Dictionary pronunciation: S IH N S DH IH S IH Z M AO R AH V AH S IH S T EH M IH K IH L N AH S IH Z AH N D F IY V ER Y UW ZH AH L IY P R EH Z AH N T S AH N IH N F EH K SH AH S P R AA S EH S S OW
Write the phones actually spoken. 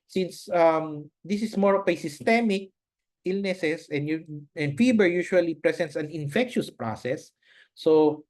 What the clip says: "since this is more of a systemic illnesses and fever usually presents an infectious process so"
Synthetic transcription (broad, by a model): S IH N S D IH S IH S M AO R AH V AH S IH S T EH M IH K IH L N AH S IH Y AH N D F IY B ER Y UW SH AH L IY P R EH S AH N T S AH N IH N F EH K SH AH S P R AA S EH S S OW